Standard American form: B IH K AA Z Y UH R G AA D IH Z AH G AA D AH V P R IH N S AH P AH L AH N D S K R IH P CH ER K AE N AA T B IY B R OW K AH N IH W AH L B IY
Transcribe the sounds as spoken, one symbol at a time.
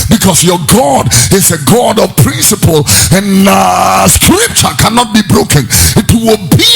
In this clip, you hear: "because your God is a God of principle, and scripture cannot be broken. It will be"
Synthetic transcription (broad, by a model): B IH K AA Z Y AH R G AA D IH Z AH G AA D AH V P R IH N S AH P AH L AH N S K R IH P CH ER K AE N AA T B IY B R OW K AH N IH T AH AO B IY